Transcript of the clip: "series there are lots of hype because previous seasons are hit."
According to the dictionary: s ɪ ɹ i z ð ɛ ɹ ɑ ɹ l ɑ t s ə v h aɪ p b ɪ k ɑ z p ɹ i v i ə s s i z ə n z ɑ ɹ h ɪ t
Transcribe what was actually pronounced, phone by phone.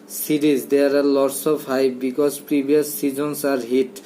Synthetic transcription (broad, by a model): s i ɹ i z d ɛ ɹ ɑ ɹ l ɑ t s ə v h aɪ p b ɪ k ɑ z p ɹ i b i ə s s i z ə n s ɑ ɹ h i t